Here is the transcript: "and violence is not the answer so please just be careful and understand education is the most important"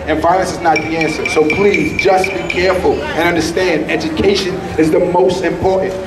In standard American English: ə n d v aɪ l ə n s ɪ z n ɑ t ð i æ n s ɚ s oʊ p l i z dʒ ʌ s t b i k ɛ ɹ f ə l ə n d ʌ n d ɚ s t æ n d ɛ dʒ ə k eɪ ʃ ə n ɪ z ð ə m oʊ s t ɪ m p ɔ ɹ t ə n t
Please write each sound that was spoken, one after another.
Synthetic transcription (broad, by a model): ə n v aɪ l ə n s ɪ z n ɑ t ð i æ n s ɚ s oʊ p l i z dʒ ʌ s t b i k ɛ ɹ f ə l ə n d ʌ n d ɚ s t æ n d ɛ dʒ ə k eɪ ʃ ə n ɪ z ð ə m oʊ s t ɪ m p ɔ ɹ t n t